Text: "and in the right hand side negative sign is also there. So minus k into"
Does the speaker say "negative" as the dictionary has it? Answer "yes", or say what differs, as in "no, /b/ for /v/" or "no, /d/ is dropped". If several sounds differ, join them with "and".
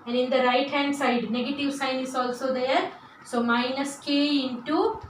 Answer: yes